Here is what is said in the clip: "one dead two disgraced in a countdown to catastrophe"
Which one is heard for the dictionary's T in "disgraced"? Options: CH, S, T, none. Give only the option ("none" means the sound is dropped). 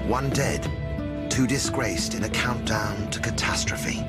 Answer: T